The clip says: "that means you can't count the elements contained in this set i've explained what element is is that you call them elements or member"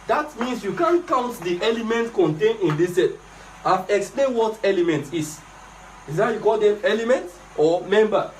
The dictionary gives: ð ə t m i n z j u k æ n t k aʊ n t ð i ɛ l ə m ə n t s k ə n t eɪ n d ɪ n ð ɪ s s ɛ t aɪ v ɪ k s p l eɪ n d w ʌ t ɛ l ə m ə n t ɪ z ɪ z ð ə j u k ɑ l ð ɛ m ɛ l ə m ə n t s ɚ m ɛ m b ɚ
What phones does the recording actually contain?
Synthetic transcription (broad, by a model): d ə t m i n s j u k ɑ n k aʊ n t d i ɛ l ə m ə n t k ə n t eɪ n ɪ n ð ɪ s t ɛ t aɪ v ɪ k s p l eɪ n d w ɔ t ɛ l ə m ə n t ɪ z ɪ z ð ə j u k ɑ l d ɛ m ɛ l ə m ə n t ɔ m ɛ m b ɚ